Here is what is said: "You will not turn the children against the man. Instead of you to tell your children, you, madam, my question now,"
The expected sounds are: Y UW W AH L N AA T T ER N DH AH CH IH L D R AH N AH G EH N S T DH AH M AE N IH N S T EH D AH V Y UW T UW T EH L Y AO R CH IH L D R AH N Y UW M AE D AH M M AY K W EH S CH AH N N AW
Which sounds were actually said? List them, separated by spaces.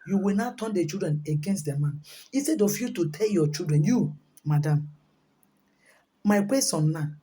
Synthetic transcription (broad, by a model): Y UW W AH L N AA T T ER N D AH CH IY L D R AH N AH G EH N S T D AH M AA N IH S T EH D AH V Y UW T UW T EH L Y AO CH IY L D R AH N Y UW M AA D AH M M AY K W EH S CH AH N N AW